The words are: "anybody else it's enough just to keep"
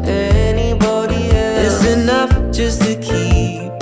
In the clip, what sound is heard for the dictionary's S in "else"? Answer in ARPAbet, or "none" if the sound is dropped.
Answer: none